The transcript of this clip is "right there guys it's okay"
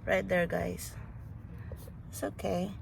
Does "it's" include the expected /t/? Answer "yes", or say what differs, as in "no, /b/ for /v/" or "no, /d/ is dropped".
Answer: no, /s/ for /t/